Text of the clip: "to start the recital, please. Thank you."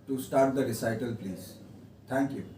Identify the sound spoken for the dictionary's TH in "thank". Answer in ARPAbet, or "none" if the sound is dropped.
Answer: T